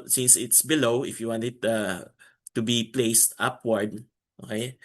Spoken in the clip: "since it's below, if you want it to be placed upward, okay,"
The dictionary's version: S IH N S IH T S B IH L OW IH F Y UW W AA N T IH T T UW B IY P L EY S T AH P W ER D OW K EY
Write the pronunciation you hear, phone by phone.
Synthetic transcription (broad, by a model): S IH N S IH T S B IH L OW IH F Y UW W AA N T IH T T UW B IY P L EY S T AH P W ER D OW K EY